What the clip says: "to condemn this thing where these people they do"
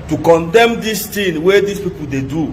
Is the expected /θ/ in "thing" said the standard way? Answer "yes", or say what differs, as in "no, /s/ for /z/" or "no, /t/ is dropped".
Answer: no, /t/ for /θ/